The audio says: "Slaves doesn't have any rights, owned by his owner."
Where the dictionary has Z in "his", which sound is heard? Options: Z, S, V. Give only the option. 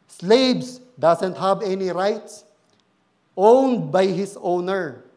S